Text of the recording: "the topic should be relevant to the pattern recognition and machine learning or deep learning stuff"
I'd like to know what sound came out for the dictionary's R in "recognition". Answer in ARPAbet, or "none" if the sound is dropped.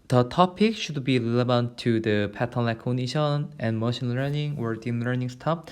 L